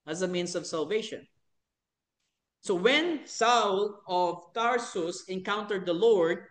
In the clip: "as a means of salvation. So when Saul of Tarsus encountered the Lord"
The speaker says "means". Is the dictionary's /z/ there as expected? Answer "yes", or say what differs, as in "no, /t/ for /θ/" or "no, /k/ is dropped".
no, /s/ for /z/